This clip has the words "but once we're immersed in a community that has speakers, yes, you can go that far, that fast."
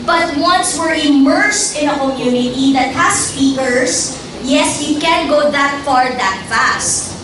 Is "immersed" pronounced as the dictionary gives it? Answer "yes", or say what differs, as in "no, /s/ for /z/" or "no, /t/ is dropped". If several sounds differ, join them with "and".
yes